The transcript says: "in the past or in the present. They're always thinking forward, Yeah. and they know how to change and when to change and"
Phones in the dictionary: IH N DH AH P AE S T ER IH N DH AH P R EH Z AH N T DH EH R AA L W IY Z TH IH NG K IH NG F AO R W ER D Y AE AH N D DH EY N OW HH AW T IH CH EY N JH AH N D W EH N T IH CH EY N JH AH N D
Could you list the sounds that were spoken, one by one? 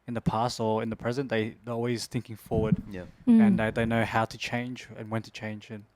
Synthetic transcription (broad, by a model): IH N DH AH P AE S T ER IH N DH AH P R EH Z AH N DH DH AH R AA L W IY Z TH IH NG K IH NG F AO R W ER D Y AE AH N DH EY N OW HH AW T IH CH EY N JH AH N W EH N T IH CH EY N JH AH N